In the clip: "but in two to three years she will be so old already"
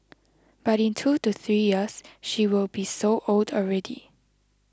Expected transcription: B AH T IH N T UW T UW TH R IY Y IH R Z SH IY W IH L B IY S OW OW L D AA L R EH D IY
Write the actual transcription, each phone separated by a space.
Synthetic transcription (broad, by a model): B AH T IH N T UW T UW TH R IY Y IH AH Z SH IY W IH L B IY S OW OW L D AA L R EH D IY